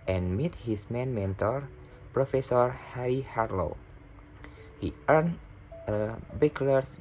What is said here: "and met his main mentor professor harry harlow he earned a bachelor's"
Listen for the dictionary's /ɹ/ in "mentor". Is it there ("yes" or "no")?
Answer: yes